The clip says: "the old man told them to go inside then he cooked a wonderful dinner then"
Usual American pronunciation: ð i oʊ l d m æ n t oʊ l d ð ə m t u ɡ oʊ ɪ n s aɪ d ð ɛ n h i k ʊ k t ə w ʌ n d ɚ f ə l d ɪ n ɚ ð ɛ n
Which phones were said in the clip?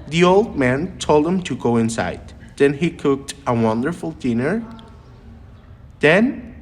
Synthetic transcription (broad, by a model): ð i oʊ l d m æ n t oʊ l d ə m t u ɡ oʊ ɪ n s aɪ d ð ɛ n h i k ʊ k t ə w ʌ n d ɚ f ə l d ɪ n ɚ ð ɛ n